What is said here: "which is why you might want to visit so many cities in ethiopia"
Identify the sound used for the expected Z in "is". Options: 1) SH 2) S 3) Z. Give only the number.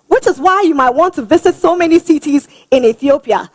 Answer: 3